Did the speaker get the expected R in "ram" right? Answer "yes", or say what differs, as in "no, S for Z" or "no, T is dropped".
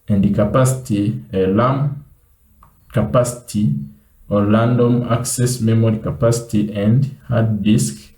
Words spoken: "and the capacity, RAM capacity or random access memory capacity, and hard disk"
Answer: no, L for R